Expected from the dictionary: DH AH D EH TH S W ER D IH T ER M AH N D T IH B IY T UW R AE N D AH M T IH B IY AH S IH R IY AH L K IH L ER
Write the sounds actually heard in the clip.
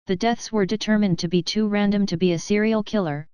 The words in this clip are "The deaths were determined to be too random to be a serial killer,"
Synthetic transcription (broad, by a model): DH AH D EH TH S W ER D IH T ER M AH N T IH B IY T UW R AE N D AH M T IH B IY AH S IH R IY L K IH L ER